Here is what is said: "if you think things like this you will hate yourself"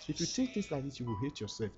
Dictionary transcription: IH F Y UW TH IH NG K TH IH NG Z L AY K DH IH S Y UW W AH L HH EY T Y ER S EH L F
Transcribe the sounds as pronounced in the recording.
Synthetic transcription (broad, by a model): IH F Y UW T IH K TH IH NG S L AY K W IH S Y UW W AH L HH EY T Y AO S EH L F